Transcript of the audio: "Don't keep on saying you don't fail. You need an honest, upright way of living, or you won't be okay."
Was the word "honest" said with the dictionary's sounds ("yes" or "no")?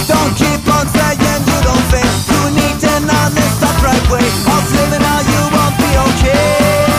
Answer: no